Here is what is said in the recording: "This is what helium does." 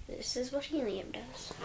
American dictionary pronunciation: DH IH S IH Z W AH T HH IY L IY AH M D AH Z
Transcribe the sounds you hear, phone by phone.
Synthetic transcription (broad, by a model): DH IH S IH Z W AH T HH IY N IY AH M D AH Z